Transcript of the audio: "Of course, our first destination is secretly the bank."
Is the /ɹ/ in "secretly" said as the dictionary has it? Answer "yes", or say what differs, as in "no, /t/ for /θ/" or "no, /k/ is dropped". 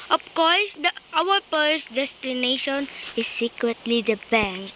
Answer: no, /w/ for /ɹ/